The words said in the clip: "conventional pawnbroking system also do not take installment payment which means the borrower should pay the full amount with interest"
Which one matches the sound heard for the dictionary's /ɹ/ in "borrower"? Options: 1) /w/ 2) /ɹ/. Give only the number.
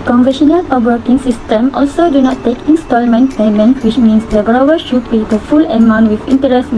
1